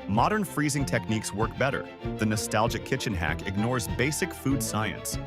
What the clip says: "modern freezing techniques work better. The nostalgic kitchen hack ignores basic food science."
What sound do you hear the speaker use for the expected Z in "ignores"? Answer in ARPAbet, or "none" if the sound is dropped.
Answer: Z